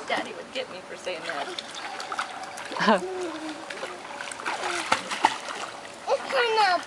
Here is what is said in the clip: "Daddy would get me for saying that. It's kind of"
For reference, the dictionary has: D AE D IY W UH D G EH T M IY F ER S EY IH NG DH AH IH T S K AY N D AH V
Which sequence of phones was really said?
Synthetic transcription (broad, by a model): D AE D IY W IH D G EH T M IY F ER S EY IH NG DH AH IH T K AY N AH